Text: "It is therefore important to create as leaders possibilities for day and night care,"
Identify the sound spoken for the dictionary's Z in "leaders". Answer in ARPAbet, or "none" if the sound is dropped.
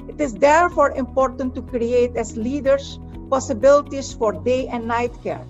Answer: S